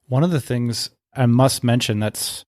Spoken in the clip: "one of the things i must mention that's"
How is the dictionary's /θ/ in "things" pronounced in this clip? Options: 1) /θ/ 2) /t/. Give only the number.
1